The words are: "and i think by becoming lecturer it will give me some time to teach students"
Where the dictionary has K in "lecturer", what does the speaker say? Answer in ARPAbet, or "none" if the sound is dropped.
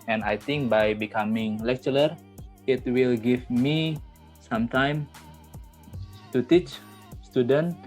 K